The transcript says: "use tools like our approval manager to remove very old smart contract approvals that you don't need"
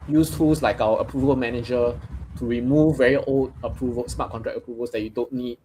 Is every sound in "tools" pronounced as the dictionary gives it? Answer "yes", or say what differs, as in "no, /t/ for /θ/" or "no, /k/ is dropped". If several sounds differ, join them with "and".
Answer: no, /s/ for /z/